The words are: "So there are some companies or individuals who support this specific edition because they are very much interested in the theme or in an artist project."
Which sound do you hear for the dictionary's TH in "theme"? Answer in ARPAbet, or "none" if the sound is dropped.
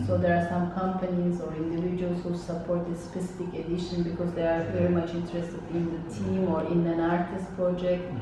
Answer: T